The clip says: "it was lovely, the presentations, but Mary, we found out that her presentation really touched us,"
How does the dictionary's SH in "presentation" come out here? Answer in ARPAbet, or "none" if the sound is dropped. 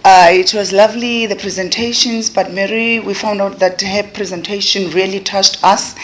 SH